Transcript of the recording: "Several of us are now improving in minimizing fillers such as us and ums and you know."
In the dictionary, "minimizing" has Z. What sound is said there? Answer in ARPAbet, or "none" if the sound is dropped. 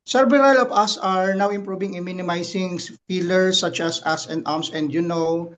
S